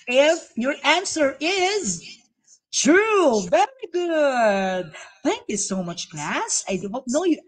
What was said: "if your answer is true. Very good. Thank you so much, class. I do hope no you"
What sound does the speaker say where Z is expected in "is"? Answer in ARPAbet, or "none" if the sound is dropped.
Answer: Z